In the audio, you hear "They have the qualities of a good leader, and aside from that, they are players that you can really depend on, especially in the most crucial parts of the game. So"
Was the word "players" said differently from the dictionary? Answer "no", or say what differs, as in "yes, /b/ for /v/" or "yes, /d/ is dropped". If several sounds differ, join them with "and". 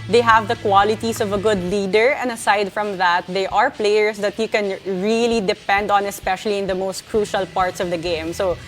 yes, /s/ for /z/